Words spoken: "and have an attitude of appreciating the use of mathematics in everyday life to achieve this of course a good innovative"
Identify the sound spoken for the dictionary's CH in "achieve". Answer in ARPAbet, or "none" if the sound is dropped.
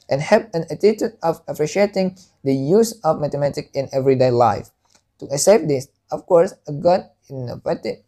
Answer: S